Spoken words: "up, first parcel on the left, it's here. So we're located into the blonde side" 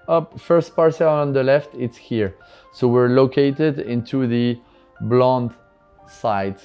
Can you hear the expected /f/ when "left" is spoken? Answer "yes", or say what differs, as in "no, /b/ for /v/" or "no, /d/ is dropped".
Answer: yes